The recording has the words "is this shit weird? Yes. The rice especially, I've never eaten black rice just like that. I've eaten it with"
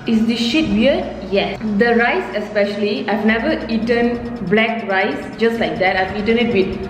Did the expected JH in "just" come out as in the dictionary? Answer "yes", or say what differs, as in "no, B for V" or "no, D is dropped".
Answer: yes